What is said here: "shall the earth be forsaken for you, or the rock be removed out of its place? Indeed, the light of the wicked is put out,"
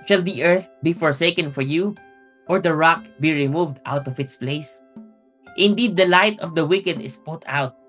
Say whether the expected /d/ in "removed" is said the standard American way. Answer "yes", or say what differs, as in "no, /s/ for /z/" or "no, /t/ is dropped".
yes